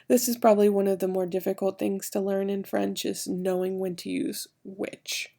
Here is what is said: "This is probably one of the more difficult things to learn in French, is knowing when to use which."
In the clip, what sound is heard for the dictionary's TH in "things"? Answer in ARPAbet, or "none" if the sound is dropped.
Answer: TH